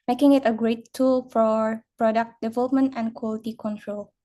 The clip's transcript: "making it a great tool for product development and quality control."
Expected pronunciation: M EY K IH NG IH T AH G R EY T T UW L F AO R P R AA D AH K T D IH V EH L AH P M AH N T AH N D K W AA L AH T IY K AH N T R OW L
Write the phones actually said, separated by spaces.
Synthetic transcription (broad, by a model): M EY K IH NG IH T AH G R EY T T UW L F AO R P R AA D AH K T D IH V EH L AH P M AH N T AH N D K W AA L AH T IY K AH N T R OW L